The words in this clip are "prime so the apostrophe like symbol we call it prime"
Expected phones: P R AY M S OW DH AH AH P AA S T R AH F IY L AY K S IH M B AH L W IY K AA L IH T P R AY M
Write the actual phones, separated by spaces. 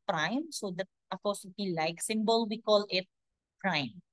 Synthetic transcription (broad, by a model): P R AY M S OW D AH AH F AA S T AH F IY L AY K S IH M B AH L W IY K AA L IH T P R AY M